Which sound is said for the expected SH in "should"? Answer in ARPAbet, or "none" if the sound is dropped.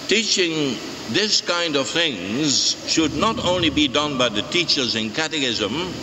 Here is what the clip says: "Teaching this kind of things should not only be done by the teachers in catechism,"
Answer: SH